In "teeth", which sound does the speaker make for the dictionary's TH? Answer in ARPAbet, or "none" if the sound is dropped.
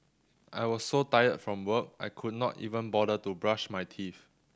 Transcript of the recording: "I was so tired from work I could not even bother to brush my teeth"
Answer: F